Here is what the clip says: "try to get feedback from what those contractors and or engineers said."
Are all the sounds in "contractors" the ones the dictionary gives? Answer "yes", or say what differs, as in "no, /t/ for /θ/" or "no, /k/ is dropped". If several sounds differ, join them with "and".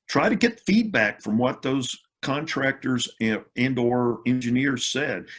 yes